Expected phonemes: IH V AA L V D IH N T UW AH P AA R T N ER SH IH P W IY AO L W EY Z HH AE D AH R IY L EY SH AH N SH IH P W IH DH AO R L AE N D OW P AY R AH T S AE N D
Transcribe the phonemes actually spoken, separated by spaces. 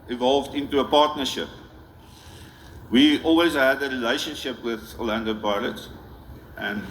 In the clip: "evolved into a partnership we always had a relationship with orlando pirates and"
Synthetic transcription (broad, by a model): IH V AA L V D IH N T UW AH P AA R T N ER SH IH P W IY AO L W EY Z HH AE D AH R IY L EY SH AH N SH IH P W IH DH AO L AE N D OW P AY L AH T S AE N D